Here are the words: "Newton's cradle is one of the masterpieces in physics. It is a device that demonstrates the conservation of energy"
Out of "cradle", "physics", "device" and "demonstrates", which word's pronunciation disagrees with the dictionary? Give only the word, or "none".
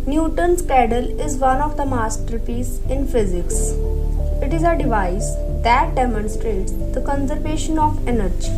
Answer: cradle